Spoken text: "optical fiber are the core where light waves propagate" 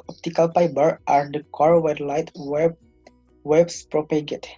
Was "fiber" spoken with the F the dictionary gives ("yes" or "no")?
no